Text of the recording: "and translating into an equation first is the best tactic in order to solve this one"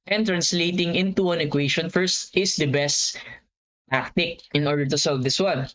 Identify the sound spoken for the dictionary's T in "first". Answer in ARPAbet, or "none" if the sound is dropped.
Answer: T